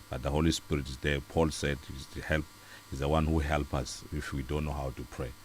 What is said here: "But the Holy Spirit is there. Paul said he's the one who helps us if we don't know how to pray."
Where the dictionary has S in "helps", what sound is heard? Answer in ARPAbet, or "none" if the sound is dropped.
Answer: none